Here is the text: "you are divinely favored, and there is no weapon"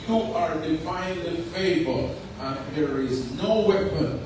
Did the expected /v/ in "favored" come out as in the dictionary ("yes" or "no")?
no